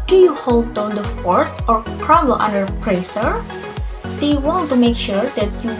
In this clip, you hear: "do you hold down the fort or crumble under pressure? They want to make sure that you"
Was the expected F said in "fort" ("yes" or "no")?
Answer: yes